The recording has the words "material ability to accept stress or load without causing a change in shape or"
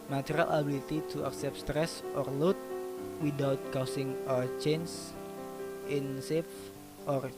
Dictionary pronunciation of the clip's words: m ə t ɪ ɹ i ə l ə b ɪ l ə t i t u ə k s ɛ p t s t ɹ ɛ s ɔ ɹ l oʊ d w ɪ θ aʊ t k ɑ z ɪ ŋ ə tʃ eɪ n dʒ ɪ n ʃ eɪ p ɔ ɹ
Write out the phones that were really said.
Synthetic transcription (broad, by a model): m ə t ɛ ɹ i l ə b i l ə t i t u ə k s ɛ p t s t ɹ ɛ s ɔ ɹ l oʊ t w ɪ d aʊ t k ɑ s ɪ ŋ ə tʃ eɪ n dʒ ɪ n s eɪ f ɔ ɹ